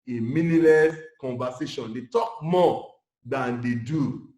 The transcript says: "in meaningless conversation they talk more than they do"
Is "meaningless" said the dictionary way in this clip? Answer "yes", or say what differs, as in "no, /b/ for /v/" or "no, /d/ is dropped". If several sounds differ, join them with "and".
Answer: no, /ŋ/ is dropped